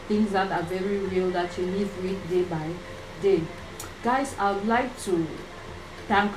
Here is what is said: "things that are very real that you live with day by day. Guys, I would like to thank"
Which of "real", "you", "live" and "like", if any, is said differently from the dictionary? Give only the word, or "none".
live